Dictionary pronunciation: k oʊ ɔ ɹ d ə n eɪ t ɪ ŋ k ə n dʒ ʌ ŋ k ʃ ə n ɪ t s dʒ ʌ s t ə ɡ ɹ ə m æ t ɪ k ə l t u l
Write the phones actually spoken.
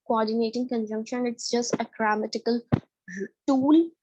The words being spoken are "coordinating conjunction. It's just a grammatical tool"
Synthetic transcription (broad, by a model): k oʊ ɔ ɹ d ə n eɪ t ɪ ŋ k ə n dʒ ʌ ŋ k ʃ ə n ɪ t s dʒ ʌ s t ə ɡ ɹ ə m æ t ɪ k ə l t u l